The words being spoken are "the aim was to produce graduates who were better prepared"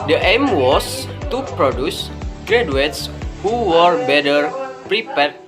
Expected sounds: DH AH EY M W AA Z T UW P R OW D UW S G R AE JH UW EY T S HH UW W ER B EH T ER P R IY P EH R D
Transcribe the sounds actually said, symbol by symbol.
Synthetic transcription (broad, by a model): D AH EY M W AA S T UW P R OW D UW S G R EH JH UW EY T S HH UW W ER B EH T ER P R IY P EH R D